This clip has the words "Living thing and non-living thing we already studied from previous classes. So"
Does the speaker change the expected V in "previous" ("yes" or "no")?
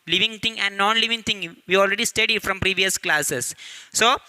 no